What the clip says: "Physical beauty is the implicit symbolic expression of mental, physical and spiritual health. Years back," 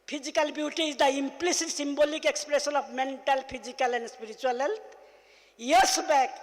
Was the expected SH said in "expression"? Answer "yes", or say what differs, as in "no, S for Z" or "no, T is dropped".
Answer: no, S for SH